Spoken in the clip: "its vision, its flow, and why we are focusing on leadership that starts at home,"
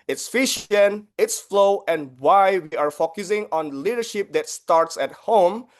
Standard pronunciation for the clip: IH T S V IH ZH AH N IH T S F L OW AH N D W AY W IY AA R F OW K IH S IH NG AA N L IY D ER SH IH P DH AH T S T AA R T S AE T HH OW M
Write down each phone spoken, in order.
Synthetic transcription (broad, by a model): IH T S F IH SH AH N IH T S F L OW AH N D W AY W IY AA R F OW K IH S IH NG AA N L IY D ER SH IH P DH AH T S T AA R T S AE T HH OW M